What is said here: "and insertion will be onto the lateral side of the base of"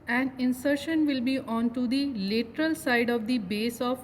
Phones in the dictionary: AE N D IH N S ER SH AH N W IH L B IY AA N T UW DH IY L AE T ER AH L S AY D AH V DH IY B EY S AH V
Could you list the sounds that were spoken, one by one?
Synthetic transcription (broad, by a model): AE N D IH N S ER SH AH N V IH L B IY AA N T UW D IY L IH T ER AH L S AY D AH V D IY B EY S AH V